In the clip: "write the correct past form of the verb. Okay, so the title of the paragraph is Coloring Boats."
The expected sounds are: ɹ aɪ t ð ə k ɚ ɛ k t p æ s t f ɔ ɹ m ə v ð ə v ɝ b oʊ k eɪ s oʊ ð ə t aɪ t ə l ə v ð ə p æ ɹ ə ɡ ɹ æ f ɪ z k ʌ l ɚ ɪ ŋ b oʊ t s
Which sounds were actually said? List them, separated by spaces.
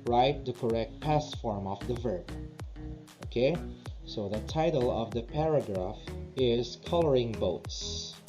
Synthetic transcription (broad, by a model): ɹ aɪ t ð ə k ɚ ɛ k t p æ s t f ɔ ɹ m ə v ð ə v ɝ b oʊ k eɪ s oʊ ð ə t aɪ t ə l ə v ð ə p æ ɹ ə ɡ ɹ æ f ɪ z k ʌ l ɚ ɪ ŋ b oʊ t s